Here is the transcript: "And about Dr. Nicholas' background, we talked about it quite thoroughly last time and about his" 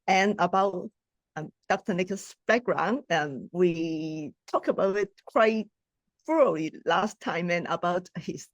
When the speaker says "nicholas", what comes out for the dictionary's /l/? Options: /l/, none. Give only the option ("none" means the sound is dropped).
none